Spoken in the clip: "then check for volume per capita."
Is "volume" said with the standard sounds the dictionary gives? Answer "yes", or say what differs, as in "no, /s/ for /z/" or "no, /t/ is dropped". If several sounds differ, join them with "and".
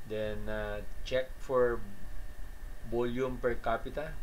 no, /b/ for /v/